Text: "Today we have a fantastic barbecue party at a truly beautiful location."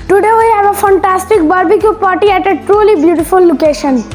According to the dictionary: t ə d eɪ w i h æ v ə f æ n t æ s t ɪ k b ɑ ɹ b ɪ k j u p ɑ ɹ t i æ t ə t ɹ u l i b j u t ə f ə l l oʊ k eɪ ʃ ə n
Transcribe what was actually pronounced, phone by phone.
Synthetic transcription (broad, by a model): t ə d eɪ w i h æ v ə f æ n t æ s t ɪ k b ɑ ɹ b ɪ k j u p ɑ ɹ t i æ t ə t ɹ u l i b j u t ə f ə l l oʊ k eɪ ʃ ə n